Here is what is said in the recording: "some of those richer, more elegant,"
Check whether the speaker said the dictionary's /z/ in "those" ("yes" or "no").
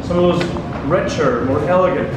yes